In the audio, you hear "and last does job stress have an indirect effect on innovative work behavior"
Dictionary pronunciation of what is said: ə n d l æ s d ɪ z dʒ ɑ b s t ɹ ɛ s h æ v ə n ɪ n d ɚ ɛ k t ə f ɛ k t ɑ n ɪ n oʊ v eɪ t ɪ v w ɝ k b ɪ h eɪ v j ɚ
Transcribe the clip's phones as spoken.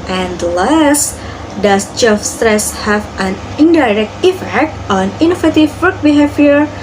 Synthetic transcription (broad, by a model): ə n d l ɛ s d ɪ s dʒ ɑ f s t ɹ ɛ s h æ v ə n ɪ n d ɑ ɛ k t ə f ɛ k t ɑ n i n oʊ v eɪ t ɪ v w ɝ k b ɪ h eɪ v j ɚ